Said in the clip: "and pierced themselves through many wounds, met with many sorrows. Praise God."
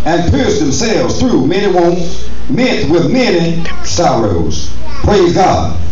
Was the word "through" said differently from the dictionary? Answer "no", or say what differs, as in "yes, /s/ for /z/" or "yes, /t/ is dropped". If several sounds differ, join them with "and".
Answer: no